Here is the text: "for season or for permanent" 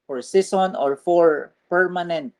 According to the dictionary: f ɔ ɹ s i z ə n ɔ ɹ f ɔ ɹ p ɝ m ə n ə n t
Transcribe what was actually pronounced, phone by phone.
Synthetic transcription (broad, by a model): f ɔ ɹ s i s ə n ɔ ɹ f ɔ ɹ p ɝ m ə n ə n t